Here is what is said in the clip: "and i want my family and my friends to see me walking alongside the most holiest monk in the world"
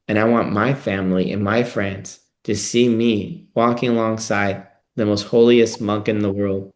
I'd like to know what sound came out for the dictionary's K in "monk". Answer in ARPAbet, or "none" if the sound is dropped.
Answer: K